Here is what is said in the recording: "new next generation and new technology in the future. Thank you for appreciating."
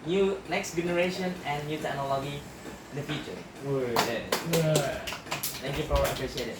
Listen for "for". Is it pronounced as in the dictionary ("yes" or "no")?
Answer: no